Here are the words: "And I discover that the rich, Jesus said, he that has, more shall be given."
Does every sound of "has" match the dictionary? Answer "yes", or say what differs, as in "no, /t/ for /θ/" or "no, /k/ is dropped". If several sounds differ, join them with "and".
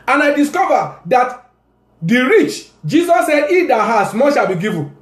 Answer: no, /s/ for /z/